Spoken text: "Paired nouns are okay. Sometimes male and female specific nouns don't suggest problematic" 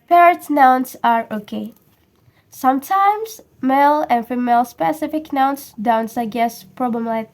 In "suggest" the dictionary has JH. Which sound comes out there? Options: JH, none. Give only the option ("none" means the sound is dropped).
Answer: none